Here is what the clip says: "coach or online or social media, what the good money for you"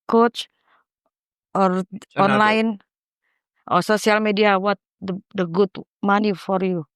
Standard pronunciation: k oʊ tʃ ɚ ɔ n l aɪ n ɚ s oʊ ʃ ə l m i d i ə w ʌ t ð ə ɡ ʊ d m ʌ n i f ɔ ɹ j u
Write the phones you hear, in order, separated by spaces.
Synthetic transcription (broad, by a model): k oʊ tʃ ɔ ɔ n l aɪ n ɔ s oʊ s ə l m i d i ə w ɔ t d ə ɡ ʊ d m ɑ n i f ɔ ɹ j u